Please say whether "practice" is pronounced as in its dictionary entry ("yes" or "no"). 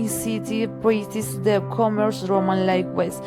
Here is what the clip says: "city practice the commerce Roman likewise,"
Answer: no